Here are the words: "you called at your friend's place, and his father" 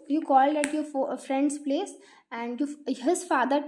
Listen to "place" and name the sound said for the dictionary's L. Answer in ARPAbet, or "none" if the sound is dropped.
L